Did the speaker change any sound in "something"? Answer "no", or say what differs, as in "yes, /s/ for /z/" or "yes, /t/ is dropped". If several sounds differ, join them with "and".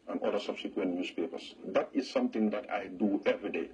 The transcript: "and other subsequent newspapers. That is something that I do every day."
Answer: yes, /t/ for /θ/